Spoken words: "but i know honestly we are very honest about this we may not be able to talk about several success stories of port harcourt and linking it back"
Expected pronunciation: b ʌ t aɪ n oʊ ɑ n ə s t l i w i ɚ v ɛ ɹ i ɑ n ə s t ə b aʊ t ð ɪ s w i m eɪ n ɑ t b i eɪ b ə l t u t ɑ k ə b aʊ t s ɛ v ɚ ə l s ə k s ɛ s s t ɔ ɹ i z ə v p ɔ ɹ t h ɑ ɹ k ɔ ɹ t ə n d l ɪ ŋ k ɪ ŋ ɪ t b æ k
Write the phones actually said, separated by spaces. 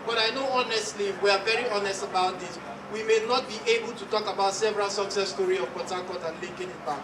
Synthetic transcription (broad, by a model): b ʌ t aɪ n oʊ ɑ n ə s t l i w i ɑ v ɛ ɹ i ɑ n ə s t ə b aʊ t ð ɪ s w i m eɪ n ɑ t b i eɪ b ə l t u t ɑ k ə b aʊ t s ɛ v ɚ ə l s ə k s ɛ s s t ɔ ɹ i ə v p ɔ t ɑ k ɔ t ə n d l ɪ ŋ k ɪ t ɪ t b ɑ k